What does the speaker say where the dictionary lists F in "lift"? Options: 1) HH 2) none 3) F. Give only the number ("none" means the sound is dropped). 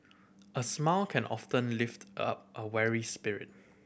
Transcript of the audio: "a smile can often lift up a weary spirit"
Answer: 3